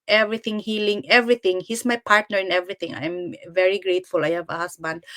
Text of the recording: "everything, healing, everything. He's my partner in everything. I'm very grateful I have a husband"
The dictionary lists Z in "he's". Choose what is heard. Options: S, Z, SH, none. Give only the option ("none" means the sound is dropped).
S